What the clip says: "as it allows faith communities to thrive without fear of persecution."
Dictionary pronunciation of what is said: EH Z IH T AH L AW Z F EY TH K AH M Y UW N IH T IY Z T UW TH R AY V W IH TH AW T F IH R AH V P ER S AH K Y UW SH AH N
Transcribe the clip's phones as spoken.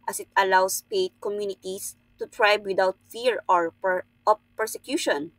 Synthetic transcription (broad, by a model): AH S IH T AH L AW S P EY T K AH M Y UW N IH T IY S T UW T R AY B W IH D AW T F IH R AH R P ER S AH K Y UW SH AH N